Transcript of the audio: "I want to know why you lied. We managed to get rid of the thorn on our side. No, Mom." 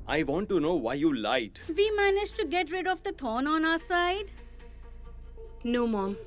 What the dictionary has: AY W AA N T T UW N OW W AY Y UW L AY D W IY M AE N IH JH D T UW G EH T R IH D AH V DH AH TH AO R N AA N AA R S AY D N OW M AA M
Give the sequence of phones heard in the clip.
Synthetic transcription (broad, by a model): AY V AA N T T UW N OW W AY Y UW L AY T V IY M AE N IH JH T UW G EH T R IH D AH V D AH T AO N AA N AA S AY D N OW M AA M